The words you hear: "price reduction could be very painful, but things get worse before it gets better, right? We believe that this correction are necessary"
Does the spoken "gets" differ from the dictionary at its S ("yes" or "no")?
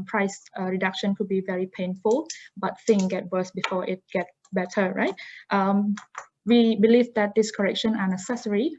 yes